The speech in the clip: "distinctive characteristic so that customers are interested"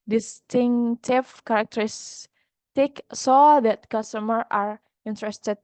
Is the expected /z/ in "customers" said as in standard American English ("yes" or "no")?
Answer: no